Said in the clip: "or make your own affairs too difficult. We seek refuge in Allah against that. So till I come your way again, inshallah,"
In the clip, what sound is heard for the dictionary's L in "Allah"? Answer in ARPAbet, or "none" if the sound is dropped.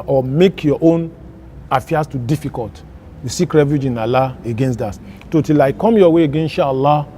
L